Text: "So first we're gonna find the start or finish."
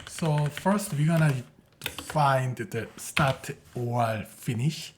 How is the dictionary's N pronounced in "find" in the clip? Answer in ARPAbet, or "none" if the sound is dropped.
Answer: N